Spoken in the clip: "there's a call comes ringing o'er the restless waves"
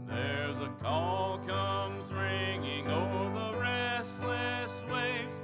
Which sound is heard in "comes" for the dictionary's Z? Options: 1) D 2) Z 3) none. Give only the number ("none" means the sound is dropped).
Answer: 2